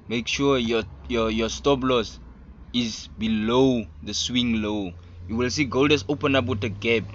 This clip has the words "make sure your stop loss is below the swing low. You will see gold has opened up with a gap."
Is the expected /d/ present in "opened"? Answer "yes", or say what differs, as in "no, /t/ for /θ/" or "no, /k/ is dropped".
no, /d/ is dropped